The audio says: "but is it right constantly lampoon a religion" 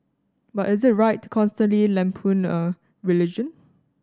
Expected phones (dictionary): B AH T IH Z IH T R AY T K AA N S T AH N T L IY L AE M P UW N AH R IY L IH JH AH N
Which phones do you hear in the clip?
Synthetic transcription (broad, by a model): B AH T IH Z IH T R AY T K AA N S T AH N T L IY L AE M P UW N AH R IY L IH JH AH N